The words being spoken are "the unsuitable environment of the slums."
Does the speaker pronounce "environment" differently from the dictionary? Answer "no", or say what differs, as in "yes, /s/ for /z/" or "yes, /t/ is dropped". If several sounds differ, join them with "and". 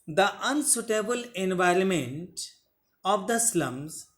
no